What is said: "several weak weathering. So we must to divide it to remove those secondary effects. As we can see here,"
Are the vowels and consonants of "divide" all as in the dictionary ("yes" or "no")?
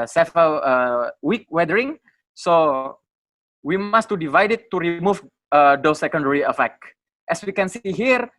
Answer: yes